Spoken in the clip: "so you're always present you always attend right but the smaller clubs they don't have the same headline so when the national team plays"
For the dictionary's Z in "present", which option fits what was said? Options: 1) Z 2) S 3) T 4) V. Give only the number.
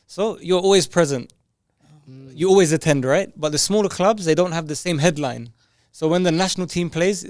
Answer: 1